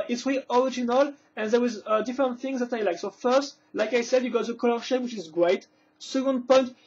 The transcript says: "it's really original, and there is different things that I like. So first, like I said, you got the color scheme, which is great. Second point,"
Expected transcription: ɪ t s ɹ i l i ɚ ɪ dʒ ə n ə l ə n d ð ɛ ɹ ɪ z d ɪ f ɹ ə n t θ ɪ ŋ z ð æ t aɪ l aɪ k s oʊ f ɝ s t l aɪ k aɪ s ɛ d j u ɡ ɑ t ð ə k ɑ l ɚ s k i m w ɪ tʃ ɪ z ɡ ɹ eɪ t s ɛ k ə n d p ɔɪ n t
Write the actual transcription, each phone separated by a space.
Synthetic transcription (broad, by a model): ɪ t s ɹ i i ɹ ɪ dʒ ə n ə l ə n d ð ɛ w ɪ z d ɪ f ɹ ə n t θ ɪ ŋ z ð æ t aɪ l aɪ k s oʊ f ɝ s t l aɪ k aɪ s ɛ d j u ɡ ɑ t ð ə k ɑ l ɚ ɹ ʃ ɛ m w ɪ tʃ ɪ z ɡ ɹ eɪ t s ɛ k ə n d p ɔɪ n t